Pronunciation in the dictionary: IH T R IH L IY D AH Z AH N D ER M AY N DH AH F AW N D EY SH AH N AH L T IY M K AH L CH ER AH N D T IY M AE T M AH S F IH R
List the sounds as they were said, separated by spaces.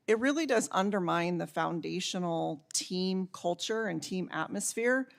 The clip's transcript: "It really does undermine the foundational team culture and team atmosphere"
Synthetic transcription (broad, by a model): IH T R IH L IY D AH Z AH N D ER M AY N DH AH F AW N D EY SH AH N L T IY M K AH L CH ER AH N T IY M AE T M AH S F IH R